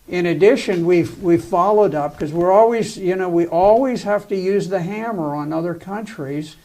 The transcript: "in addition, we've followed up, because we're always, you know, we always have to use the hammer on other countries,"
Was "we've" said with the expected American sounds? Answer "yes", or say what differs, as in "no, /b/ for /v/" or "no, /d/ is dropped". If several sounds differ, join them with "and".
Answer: no, /w/ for /v/